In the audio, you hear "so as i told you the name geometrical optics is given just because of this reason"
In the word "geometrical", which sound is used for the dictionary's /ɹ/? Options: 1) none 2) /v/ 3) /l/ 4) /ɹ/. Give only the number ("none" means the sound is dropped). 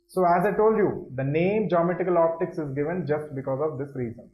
1